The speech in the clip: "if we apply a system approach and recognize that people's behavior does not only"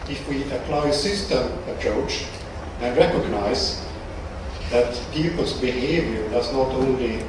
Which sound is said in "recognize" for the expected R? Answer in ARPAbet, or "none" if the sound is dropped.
R